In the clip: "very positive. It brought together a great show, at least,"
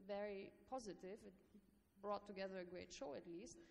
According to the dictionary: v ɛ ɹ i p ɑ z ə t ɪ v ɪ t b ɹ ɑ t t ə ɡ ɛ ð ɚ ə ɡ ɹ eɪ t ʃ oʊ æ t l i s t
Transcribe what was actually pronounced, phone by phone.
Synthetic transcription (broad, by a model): v ɛ ɹ i p ɑ z ə t ɪ v ɪ t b ɹ ɑ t t ə ɡ ɛ ð ɚ ə ɡ ɹ eɪ t ʃ oʊ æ t l i s t